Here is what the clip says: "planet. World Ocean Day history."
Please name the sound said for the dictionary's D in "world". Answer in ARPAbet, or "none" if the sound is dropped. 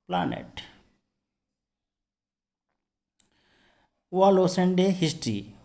none